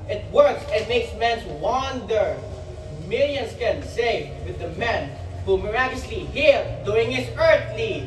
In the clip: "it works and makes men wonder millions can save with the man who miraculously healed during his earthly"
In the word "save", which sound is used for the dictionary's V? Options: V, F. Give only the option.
F